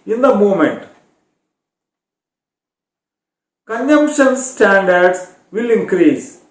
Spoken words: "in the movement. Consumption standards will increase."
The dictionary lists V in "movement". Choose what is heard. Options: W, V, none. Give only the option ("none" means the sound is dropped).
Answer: none